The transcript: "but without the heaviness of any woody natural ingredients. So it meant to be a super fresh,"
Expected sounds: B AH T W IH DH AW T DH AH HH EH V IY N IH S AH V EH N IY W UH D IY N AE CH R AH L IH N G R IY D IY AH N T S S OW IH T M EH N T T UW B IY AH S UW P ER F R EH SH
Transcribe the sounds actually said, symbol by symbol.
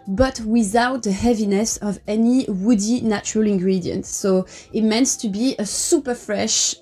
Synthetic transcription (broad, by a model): B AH T W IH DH AW T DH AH HH EH V IY N IH S AH V EH N IY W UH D IY N AE CH R AH L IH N G R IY D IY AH N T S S OW IH T M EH N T T UW B IY AH S UW P ER F R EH SH